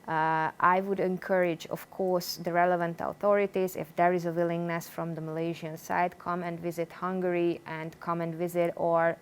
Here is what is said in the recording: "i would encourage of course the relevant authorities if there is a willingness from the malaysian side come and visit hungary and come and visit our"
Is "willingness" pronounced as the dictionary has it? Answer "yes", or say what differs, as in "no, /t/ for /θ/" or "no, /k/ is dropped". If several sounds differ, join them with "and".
yes